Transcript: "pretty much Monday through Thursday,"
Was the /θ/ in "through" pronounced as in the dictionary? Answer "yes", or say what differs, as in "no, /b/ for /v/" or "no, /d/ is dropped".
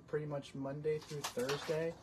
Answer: yes